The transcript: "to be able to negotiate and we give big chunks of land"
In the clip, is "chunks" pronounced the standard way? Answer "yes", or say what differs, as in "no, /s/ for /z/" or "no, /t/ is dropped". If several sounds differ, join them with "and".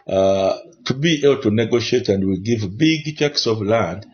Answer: no, /ŋ/ is dropped